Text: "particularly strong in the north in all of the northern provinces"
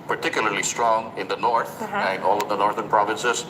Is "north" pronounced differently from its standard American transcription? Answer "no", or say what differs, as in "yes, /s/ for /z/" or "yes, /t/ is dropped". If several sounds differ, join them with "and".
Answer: yes, /t/ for /θ/